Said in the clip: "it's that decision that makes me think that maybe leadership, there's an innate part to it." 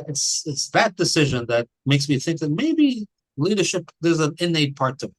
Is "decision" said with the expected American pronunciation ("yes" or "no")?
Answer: yes